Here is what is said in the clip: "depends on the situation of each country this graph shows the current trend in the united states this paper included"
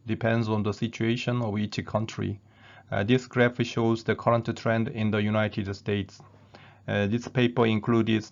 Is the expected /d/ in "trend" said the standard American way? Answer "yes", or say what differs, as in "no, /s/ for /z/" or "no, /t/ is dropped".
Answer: yes